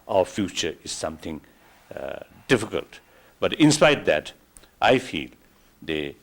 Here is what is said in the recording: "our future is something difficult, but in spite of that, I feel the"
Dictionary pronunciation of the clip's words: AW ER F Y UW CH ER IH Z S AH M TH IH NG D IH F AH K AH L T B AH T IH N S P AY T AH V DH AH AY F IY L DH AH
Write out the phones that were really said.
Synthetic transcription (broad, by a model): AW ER F Y UW CH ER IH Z S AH M T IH NG D IH F AH K AH L T B AH T IH N S P AY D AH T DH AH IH F IY L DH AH